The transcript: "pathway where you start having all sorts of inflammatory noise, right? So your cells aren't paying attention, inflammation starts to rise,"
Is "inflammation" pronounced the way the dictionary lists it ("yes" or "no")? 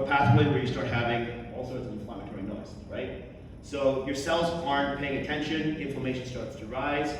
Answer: no